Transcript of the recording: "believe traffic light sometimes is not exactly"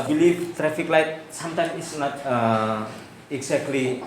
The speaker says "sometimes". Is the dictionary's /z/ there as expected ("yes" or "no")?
no